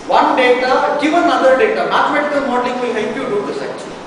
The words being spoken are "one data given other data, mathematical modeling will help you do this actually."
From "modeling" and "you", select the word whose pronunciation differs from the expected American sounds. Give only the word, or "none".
modeling